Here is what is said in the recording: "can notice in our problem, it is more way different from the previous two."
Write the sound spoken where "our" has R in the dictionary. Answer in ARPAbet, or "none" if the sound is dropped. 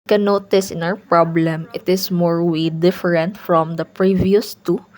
W